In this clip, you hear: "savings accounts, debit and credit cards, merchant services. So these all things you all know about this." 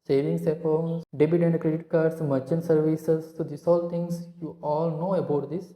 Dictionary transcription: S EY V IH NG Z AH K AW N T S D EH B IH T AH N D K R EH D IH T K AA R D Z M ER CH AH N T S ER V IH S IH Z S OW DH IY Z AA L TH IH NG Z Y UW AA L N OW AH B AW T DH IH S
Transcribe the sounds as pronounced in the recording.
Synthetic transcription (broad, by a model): S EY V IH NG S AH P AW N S D EH B IH T AH N D K R EH D IH T K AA R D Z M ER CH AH N S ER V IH S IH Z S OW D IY S AA L T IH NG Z Y UW AA L N OW AH B AW T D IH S